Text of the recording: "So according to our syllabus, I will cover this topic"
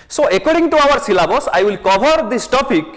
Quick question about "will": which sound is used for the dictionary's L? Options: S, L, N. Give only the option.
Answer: L